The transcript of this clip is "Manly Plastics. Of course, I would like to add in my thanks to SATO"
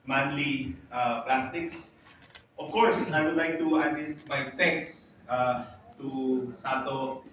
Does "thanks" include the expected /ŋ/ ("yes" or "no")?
no